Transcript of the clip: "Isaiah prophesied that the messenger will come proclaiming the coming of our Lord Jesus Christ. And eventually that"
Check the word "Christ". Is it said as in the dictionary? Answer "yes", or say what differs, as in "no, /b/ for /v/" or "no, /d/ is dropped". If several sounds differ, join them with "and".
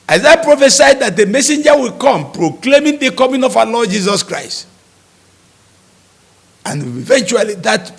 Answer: yes